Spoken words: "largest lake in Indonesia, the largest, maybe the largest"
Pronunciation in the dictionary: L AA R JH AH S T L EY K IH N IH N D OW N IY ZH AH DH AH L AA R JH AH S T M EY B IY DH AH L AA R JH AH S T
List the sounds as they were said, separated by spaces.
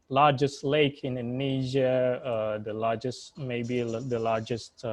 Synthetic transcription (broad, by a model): L AA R JH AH S T L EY IH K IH N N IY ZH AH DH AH L AA R JH AH S T M EY B IY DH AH L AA R JH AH S T